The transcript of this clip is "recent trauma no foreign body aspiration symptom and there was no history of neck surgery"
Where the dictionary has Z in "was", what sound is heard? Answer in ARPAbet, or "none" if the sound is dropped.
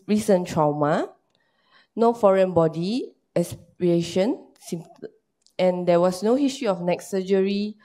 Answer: S